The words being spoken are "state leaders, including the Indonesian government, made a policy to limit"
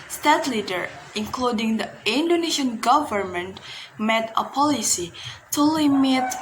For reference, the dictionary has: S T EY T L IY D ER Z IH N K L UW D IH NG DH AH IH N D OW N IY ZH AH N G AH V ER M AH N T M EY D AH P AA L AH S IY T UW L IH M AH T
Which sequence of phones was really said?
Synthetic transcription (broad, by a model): S T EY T L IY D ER IH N K L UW D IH NG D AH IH N D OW N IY SH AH N G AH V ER M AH N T M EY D AH P AA L AH S IY T UW L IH M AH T